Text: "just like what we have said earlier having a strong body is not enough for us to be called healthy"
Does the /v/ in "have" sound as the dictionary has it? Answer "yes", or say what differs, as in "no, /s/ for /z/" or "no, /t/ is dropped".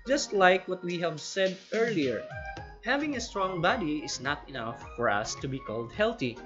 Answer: yes